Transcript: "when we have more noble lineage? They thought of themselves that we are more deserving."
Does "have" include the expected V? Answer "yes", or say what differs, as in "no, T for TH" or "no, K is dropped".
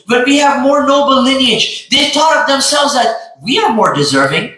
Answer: yes